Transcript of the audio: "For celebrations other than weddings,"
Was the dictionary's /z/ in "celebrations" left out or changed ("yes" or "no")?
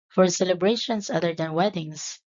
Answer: yes